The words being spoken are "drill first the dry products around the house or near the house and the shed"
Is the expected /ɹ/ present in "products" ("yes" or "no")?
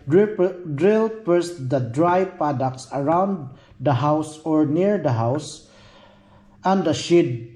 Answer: no